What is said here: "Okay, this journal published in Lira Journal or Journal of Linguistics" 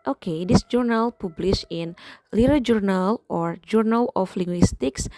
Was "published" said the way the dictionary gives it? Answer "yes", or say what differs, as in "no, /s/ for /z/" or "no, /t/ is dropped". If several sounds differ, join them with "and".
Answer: no, /t/ is dropped